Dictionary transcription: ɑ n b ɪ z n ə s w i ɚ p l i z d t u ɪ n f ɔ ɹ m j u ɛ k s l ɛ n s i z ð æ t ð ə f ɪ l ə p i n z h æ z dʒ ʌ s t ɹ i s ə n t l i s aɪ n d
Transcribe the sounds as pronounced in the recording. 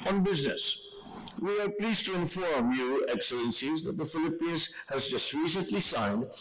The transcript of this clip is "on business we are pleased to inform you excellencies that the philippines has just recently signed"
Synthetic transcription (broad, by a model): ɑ n b ɪ z n ə s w i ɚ p l i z t u ɪ n f ɔ ɹ m j u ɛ k s l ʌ n s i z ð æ t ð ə f ɪ l ə p i n z h æ z dʒ ʌ s t ɹ i s ə n t l i s aɪ n d